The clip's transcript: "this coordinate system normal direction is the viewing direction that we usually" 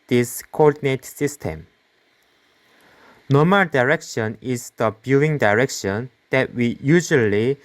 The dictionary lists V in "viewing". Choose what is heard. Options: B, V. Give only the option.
B